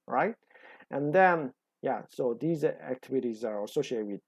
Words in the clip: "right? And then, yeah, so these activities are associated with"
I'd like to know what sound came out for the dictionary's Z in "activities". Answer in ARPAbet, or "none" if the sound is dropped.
Z